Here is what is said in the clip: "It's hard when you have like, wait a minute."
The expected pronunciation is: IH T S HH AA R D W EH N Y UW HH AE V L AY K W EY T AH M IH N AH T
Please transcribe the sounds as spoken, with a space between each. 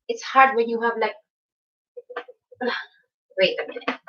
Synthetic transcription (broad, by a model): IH T S HH AA R D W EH N Y UW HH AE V L AY K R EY AH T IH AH